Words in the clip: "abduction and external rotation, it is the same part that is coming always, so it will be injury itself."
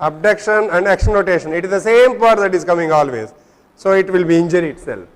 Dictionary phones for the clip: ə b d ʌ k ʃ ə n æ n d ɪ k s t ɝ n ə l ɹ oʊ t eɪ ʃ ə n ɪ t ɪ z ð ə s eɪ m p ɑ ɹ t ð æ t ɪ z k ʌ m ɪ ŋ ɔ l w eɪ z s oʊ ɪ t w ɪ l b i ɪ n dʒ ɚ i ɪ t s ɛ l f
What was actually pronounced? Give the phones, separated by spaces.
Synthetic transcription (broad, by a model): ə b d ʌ k ʃ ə n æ n d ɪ k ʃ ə n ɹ oʊ t eɪ ʃ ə n ɪ t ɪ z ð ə s eɪ m p ɑ ɹ t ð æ t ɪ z k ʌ m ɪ ŋ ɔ l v eɪ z s oʊ ɪ t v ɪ l b i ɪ n dʒ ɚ i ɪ t s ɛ l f